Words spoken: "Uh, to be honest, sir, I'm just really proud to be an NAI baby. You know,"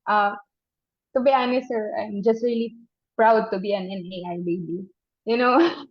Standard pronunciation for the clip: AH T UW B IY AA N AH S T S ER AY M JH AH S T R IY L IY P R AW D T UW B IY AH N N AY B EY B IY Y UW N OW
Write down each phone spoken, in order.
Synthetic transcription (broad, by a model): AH T UW B IY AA AH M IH S ER AY M JH AH S T R IY L IY P R AW D T UW B IY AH N N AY B EY B IY Y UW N OW